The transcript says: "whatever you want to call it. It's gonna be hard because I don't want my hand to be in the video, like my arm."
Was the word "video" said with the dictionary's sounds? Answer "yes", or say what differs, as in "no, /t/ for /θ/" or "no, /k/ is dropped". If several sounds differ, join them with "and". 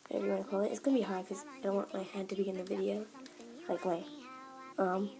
yes